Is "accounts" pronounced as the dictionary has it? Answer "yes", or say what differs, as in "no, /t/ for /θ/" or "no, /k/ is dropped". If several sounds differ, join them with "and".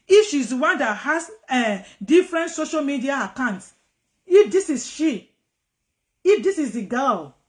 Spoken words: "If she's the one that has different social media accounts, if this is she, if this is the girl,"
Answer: yes